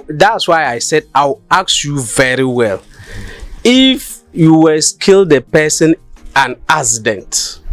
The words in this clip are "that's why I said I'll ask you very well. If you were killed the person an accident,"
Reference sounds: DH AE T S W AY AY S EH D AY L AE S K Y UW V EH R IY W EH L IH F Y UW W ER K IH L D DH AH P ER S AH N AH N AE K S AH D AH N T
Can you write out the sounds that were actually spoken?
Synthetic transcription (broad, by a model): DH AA T S W AY AY S EH D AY W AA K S Y UW V EH R IY W EH L IH F Y UW W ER K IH L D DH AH P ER S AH N AH N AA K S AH D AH N T